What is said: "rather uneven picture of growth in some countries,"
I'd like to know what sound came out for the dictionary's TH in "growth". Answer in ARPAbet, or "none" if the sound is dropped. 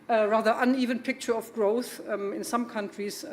TH